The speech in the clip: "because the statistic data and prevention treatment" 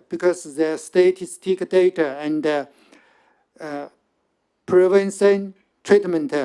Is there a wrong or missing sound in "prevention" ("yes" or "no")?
yes